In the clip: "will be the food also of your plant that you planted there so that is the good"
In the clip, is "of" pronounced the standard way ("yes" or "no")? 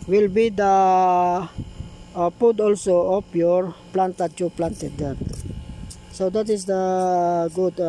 no